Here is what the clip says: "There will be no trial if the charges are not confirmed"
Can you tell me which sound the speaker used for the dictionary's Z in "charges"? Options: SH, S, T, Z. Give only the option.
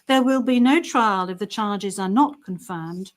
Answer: Z